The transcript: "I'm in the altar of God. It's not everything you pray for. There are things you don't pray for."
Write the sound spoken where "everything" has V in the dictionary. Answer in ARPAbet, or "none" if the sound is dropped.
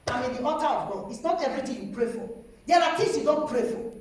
none